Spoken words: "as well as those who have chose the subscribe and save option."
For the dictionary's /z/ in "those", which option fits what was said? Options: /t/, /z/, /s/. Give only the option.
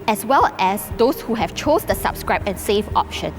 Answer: /s/